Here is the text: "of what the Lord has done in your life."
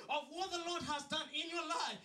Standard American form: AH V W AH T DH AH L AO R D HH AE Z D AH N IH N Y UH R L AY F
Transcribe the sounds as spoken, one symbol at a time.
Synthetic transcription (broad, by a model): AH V W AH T DH AH L AO R D HH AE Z D AH N IH N Y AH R L AY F